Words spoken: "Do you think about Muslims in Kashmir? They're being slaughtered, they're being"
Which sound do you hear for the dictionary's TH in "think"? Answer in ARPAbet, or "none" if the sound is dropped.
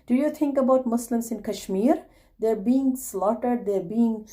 T